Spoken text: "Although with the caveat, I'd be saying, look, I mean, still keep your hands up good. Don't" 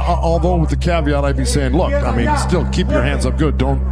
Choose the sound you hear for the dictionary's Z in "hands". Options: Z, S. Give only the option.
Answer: Z